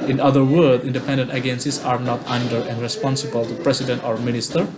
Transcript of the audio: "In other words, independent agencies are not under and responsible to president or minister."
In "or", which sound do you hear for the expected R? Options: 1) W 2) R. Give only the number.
2